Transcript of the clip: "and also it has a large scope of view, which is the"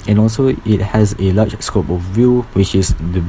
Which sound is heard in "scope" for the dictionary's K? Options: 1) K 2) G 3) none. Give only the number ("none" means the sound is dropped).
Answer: 1